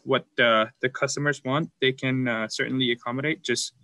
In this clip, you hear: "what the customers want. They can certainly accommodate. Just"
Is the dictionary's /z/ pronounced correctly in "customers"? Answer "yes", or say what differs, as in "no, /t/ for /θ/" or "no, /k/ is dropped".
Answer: yes